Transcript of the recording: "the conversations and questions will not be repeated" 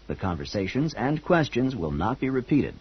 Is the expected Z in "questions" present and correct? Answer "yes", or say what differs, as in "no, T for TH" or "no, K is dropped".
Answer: yes